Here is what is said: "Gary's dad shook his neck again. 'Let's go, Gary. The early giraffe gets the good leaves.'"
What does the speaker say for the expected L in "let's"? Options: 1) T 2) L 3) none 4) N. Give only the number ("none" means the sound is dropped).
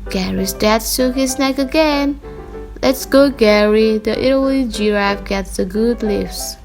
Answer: 2